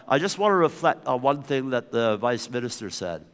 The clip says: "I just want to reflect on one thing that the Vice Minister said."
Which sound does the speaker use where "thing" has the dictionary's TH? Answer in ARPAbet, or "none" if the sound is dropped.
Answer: TH